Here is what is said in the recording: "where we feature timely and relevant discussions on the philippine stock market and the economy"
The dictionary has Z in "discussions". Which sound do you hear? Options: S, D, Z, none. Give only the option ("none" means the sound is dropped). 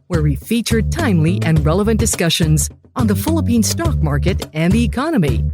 Z